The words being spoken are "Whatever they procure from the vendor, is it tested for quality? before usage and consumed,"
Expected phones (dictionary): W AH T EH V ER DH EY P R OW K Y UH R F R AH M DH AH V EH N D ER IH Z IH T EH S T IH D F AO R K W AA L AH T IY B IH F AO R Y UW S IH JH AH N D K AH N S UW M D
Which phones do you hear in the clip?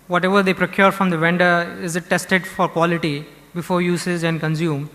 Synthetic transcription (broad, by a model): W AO T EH V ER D EY P R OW K Y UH R F R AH M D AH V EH N D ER IH Z IH T EH S T IH D F AO R K W AA L AH T IY B IH F AO R Y UW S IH Z AH N D K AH N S UW M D